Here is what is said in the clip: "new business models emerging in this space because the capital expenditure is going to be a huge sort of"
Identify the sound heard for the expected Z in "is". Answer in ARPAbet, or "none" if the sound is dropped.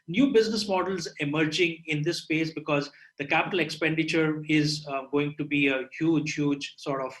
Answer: Z